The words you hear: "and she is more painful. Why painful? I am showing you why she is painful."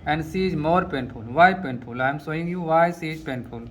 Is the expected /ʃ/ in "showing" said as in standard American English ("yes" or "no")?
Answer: no